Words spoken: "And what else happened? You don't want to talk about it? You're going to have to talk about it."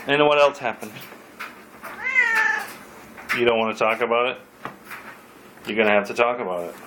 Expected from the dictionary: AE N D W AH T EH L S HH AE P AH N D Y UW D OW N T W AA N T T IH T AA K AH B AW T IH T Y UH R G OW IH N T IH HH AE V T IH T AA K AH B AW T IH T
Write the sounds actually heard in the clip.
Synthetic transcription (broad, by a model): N W AH T EH L S HH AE P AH N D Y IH D OW N T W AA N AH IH T AA K AH B AW T IH T Y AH R G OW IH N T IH HH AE F T IH T AA K AH B AW T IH T